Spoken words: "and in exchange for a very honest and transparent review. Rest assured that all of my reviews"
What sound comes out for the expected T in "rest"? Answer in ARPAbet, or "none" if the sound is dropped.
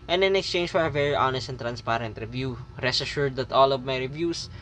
none